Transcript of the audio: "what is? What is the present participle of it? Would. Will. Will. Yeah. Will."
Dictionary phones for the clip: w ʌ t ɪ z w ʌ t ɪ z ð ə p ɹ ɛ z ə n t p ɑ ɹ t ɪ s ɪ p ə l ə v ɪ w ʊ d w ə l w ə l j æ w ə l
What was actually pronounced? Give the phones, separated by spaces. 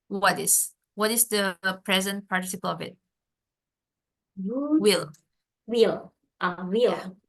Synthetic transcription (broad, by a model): w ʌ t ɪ s w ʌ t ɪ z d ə p ɹ ɛ z ə n t p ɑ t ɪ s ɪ p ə l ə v ɪ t w ə l w ə l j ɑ w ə l